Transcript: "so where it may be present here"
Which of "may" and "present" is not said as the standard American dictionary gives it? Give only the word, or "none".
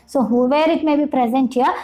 none